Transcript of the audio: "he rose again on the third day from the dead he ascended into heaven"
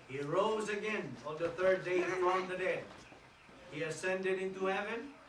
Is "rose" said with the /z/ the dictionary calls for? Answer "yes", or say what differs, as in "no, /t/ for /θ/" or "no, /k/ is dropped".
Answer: yes